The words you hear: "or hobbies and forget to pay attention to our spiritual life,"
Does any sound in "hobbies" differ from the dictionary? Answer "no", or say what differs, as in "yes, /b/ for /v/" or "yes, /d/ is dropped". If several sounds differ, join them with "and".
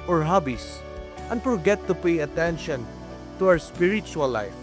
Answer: yes, /s/ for /z/